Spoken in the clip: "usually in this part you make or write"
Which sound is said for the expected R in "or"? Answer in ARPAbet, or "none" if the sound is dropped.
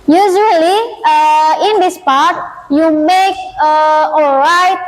L